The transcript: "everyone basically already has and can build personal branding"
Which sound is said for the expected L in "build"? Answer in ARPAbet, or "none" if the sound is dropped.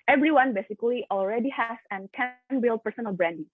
L